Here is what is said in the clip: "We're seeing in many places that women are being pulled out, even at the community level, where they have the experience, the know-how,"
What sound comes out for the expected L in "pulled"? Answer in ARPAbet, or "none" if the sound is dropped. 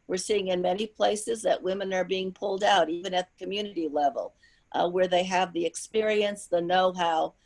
L